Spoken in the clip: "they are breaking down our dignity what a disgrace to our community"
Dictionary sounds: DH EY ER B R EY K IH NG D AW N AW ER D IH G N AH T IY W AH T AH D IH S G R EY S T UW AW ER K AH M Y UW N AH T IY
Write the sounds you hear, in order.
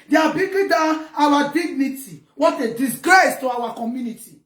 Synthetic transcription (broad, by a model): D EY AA B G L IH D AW AW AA D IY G N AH T IY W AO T AH D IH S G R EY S T UW AW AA K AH M Y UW N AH T IY